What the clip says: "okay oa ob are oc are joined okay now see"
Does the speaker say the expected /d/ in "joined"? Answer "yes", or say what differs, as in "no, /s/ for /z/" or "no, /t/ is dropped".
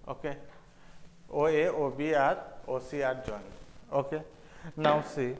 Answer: no, /d/ is dropped